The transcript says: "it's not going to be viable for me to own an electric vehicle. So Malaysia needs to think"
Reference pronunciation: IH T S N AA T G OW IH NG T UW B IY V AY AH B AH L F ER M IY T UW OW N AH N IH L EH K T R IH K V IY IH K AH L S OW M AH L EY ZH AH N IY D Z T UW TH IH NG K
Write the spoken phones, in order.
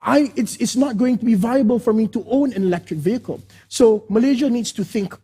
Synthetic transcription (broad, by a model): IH T S N AA T G OW IH NG T UW B IY V AY AH B AH L F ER M IY T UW OW N AH N IH L EH K T R IH K V IY IH K AH L S OW M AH L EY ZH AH N IY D S T UW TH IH NG K